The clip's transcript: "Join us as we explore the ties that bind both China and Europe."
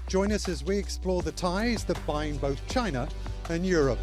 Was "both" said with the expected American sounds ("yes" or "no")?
yes